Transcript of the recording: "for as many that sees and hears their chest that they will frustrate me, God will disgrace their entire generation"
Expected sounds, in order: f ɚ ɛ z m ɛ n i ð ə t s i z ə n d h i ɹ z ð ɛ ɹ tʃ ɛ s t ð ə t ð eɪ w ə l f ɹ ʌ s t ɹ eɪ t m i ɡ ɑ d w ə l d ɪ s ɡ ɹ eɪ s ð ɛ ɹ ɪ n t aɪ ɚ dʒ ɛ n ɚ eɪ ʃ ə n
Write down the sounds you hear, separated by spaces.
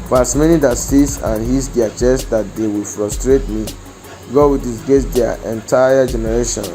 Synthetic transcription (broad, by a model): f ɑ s m ɛ n i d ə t s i s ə n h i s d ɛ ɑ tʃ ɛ s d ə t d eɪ w ə l f ɹ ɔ s t ɹ eɪ t m i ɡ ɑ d w ə l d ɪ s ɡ eɪ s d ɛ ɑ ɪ n t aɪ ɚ dʒ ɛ n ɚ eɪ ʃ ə n